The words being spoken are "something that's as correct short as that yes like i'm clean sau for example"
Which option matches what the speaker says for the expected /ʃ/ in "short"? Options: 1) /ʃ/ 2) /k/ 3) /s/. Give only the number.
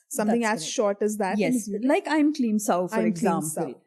1